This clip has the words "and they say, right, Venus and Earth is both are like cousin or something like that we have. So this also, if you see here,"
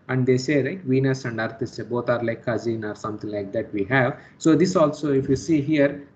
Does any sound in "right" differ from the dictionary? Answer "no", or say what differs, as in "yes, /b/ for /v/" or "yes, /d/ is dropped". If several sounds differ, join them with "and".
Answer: yes, /l/ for /ɹ/